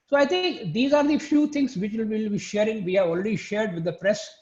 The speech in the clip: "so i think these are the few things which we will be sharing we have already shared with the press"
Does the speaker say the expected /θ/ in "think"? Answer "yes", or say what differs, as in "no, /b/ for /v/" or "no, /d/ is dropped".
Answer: no, /t/ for /θ/